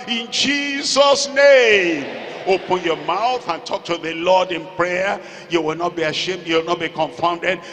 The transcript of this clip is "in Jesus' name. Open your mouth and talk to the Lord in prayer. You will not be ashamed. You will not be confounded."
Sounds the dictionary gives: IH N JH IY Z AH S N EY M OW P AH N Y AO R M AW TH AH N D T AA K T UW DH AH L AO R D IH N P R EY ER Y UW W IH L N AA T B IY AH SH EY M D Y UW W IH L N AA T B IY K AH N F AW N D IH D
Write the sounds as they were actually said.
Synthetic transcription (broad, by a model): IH N JH IY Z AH S N EY M OW P AH N Y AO M AW TH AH N T AA K T UW DH AH L AO D IH N P R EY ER Y UW W IH L N AA T B IY AH SH EY M D Y UW W IH L N AA T B IY K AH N F AW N D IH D